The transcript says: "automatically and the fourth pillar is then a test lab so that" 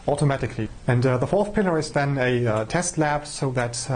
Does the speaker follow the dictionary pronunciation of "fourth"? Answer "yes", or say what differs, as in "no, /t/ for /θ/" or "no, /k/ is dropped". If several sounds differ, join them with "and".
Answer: yes